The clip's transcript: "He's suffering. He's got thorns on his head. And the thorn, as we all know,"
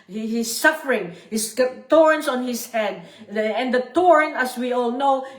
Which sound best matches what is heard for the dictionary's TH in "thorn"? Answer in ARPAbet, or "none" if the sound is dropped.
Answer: T